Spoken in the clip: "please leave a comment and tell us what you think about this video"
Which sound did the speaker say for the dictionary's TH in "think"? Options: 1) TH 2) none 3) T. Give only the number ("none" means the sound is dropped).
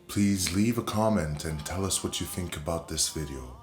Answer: 1